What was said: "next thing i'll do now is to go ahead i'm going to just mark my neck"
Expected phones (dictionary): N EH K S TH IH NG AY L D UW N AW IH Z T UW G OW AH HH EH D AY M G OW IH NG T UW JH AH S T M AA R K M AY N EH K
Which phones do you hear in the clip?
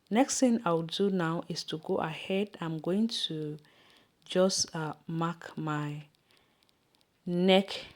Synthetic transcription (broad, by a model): N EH K S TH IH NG AY W D UW N AW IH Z T UW G OW AH HH EH D AY M G OW IH NG T UW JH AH S M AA K M AY N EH K